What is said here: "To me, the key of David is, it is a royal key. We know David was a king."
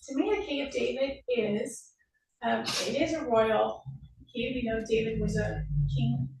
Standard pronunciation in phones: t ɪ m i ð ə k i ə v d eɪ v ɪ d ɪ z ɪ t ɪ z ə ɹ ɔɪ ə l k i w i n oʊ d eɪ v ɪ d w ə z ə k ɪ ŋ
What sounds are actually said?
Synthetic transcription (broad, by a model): t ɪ m i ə k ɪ ə v d eɪ v ɪ d ɪ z ɪ t ɪ z ə ɹ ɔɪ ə l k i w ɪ n oʊ d eɪ v ɪ d w ə z ə k ɪ ŋ